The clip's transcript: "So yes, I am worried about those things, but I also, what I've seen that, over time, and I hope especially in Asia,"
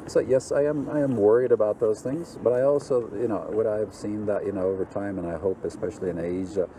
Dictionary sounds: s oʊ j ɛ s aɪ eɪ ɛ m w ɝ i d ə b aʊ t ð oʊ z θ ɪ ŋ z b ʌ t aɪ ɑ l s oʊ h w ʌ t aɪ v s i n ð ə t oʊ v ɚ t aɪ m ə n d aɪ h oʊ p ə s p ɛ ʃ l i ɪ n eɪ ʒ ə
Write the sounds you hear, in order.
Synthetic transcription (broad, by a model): s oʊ j ɛ s aɪ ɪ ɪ m w ɝ i d ə b aʊ t ð oʊ z θ ɪ ŋ z b ʌ t aɪ ɑ l s oʊ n w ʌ t aɪ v s i n ð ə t oʊ v ɚ t aɪ m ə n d aɪ h oʊ p ə s p ɛ ʃ l i ɪ n eɪ ʒ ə